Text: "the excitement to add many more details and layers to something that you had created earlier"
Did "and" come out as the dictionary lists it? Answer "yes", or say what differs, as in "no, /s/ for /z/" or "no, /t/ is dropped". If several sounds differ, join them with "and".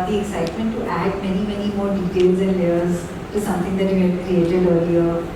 yes